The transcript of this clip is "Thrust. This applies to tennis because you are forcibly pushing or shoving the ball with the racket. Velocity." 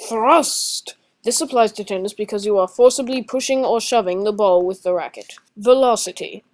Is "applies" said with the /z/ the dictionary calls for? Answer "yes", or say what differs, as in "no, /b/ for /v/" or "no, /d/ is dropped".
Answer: yes